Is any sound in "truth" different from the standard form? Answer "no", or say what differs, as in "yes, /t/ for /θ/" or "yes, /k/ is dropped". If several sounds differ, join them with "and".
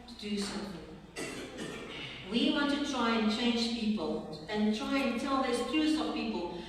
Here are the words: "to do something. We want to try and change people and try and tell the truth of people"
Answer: yes, /s/ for /θ/